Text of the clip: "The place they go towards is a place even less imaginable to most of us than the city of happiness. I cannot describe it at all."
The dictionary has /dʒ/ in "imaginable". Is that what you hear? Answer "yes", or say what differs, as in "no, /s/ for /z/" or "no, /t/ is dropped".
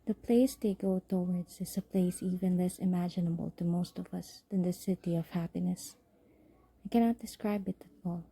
yes